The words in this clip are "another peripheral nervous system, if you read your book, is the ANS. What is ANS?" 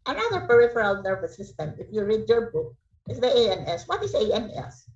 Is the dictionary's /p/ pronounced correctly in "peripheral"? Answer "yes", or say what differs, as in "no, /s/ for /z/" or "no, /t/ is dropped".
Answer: yes